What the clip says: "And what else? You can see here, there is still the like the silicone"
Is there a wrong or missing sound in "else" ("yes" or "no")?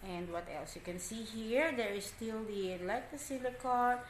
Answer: no